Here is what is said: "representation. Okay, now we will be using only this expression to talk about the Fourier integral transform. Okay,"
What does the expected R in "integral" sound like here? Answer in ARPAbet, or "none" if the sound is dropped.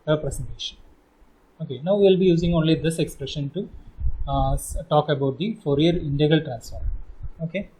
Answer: none